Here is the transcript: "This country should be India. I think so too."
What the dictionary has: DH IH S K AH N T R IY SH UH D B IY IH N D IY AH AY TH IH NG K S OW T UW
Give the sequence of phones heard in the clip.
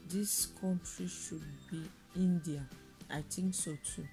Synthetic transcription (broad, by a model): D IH S K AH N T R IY SH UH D B IY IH N D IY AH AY T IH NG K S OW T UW